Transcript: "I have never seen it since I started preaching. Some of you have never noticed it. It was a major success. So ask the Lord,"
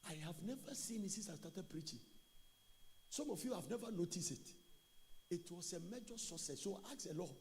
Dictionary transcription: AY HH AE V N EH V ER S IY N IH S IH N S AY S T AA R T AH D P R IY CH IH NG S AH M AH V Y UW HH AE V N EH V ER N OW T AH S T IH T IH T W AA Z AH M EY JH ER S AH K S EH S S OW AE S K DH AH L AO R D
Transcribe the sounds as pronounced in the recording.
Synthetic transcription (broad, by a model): AY HH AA V N EH V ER S IY N IH S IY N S AY S T AA T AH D P R IY CH IH NG S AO M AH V Y UW HH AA V N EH V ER N OW T AH S T IH T IH T W AA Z AH M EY JH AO S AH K S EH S S OW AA K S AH L AO